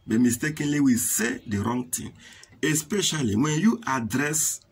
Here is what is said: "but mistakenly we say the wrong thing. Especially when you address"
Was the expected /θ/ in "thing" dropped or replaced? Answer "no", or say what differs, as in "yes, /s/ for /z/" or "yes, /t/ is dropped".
yes, /t/ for /θ/